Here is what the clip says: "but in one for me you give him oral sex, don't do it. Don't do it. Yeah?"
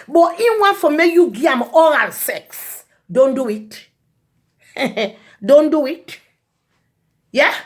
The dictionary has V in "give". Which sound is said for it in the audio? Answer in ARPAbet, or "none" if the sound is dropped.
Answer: none